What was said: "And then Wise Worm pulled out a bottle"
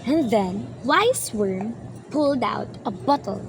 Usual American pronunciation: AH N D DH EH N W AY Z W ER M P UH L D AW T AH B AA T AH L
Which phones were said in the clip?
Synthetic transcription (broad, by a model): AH N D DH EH N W AY S W ER M P UH L D AW T AH B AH T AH L